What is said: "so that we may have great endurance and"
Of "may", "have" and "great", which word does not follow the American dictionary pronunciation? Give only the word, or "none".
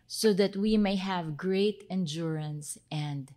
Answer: none